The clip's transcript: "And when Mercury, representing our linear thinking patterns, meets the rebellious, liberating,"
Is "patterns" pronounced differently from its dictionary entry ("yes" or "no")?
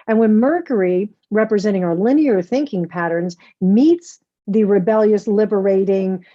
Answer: no